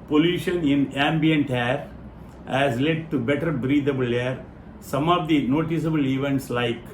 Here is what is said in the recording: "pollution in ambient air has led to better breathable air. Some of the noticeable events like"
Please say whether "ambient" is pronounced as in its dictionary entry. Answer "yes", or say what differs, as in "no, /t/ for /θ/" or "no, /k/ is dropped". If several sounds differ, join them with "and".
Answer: yes